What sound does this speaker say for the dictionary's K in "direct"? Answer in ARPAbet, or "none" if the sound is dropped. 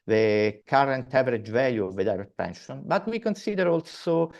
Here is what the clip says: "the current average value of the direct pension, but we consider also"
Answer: none